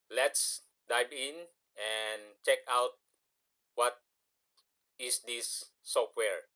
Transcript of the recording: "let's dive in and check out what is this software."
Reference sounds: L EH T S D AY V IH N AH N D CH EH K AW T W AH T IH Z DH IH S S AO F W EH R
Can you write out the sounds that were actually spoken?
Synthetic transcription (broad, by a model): L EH T S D AY B IH N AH N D CH EH K AW T W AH T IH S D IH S S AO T W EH R